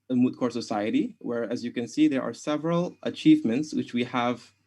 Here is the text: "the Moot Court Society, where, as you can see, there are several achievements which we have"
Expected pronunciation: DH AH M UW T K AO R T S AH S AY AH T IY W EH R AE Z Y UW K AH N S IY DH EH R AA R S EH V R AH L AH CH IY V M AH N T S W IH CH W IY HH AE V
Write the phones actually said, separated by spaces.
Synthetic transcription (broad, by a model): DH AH M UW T K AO R S AH S AY AH T IY W EH R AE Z Y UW K AH N S IY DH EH R AA R S EH V R AH L AH CH IY V M AH N T S W IH CH W IY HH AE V